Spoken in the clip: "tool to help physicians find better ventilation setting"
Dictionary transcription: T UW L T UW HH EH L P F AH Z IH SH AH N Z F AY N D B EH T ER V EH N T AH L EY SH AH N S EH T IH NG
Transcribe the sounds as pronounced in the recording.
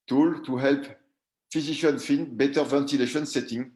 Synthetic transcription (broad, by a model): T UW L T UW HH EH L P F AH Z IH SH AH N F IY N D B EH T ER V EH N T AH L EY SH AH N S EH T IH NG